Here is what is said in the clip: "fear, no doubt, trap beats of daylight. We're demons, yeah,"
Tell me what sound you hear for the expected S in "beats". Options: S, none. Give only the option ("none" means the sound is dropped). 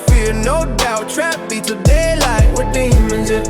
none